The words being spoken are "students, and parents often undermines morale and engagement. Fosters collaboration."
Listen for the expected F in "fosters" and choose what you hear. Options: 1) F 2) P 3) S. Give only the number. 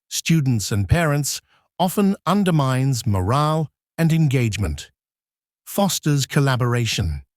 1